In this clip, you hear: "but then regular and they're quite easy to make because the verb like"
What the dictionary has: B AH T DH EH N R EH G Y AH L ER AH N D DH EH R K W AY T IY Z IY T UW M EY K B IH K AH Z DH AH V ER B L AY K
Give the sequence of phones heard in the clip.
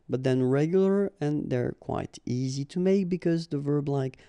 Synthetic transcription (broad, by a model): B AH T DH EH N R EH G Y L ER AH N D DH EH R K W AY T IY Z IY T UW M EY K B IH K AH Z DH AH V ER B L AY K